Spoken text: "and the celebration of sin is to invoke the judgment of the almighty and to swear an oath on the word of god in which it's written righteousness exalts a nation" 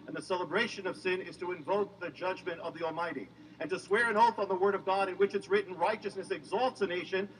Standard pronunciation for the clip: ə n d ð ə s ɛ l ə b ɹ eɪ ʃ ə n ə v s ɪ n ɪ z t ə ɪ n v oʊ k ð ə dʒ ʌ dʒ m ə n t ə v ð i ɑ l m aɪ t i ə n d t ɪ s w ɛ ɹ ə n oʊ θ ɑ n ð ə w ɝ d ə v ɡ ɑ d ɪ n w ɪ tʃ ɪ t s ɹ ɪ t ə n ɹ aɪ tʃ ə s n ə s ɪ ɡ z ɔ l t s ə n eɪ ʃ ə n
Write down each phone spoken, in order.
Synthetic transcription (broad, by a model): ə n ð ə s ɛ l ə b ɹ eɪ ʃ ə n ə v s ɪ n ɪ z t ə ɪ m v oʊ k ð ə dʒ ʌ dʒ m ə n t ə v ð i ɑ l m aɪ t i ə n t ɪ s w ɛ ɹ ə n oʊ θ n ð ə w ɝ d ə v ɡ ɑ d ɪ n w ɪ tʃ ɪ t s ɹ ɪ t n ɹ aɪ tʃ ə s n ə s ɪ ɡ z ɔ l t s ə n eɪ ʃ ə n